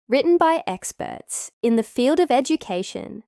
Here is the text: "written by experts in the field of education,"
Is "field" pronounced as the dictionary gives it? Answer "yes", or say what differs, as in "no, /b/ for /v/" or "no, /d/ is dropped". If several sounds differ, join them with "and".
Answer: yes